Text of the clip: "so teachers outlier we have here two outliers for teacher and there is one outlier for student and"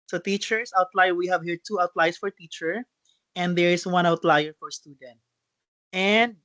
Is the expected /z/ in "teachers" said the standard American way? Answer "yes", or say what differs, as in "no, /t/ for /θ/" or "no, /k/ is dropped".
no, /s/ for /z/